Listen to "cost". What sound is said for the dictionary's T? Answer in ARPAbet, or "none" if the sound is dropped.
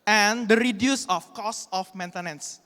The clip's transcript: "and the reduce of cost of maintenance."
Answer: none